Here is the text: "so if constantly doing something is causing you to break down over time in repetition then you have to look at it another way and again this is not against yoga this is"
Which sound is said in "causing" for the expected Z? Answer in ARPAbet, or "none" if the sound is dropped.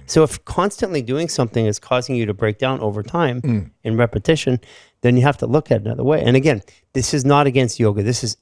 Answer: Z